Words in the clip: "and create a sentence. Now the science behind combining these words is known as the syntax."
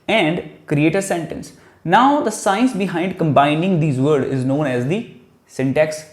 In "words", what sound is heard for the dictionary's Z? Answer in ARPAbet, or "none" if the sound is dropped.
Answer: none